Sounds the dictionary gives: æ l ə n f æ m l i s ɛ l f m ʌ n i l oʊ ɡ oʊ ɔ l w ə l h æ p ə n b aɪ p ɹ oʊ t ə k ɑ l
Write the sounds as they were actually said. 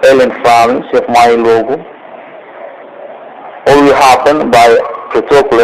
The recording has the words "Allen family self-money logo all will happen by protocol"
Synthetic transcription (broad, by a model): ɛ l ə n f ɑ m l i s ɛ f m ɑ i l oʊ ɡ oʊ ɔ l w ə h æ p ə n b aɪ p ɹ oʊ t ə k l